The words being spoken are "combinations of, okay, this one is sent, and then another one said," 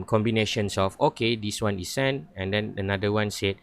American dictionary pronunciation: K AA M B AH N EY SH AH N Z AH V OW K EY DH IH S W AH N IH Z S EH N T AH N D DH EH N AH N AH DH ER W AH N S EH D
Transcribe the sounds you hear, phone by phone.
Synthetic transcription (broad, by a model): K AA M B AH N EY SH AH N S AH F OW K EY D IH S W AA N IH S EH N AH N D EH N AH N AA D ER W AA N S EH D